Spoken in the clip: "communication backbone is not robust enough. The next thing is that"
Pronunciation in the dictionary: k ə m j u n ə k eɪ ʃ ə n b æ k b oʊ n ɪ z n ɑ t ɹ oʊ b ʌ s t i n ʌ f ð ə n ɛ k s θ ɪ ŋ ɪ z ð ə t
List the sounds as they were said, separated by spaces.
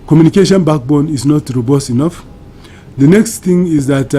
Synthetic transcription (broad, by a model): k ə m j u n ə k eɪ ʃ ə n b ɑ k b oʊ n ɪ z n ɑ t ɹ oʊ b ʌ s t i n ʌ f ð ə n ɛ k s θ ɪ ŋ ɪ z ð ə t